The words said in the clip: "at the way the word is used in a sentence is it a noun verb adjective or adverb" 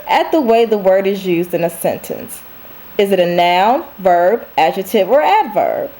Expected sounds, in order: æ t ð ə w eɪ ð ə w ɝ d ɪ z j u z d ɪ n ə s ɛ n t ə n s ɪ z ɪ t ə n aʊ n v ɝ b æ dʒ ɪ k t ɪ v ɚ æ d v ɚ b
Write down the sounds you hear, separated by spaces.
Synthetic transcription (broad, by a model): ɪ t ð ə w eɪ ð ə w ɝ d ɪ z j u z d ɪ n ə s ɛ n t ə n s ɪ z ɪ t ə n aʊ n v ɝ b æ dʒ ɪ t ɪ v ɚ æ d v ɚ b